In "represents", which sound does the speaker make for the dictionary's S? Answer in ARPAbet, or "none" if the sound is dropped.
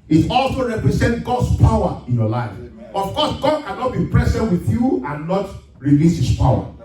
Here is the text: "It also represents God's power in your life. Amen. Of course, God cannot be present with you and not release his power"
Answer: none